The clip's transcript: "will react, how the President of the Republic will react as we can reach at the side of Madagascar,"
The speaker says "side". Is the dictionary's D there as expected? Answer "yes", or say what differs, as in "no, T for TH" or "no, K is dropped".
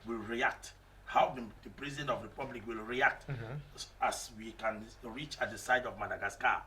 yes